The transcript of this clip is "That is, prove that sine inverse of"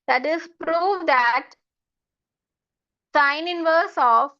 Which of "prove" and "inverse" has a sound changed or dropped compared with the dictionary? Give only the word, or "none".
none